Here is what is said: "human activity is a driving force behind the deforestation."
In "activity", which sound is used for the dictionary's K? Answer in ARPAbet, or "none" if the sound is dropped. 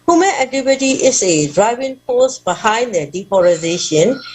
none